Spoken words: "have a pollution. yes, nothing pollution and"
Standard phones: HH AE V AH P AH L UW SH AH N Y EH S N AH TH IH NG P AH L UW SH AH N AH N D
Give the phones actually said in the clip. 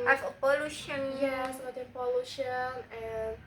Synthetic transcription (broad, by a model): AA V AH P AH L UW SH AH N Y EH S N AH T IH P AH L UW SH AH N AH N